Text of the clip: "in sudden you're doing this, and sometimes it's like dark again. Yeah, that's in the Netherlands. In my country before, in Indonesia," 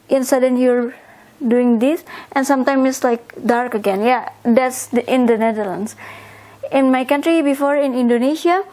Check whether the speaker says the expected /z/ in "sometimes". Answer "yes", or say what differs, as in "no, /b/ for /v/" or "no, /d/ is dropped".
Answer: no, /z/ is dropped